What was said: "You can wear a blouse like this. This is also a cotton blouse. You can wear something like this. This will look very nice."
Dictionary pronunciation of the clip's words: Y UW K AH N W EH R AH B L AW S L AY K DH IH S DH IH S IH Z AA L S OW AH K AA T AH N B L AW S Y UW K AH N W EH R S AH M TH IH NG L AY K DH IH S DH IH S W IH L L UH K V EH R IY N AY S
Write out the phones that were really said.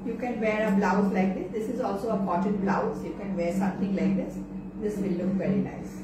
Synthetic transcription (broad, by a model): Y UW K AH N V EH R AH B L AW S L AY K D IH S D IH S IH Z AA L S OW AH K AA T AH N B L AW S Y UW K AH N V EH R S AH M T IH NG L AY K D IH S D IH S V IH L L UH K V EH R IY N AY S